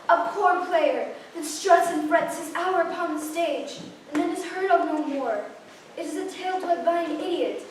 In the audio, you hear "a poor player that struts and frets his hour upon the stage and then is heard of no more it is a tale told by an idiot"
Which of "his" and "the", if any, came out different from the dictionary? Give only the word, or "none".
none